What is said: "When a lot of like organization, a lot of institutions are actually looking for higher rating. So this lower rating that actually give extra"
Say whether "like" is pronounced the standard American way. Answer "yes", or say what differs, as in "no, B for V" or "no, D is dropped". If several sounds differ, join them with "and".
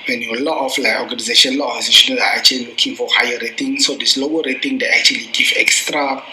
no, K is dropped